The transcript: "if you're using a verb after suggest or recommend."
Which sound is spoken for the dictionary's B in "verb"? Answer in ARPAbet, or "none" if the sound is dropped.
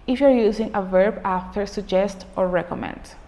B